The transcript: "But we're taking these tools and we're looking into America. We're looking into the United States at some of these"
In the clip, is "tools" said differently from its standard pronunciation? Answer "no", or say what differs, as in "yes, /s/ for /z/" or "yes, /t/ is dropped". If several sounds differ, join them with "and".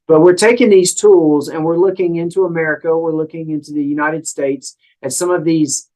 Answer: no